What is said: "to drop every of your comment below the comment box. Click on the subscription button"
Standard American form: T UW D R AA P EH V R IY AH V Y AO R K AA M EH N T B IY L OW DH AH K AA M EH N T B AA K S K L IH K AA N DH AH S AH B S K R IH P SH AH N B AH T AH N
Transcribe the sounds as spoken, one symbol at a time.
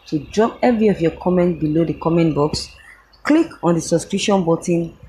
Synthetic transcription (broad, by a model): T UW D R AA P EH V R IY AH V Y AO K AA M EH N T B IY L OW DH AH K AA M EH N T B AA K S K L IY K AA N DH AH S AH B S K R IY SH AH N B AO T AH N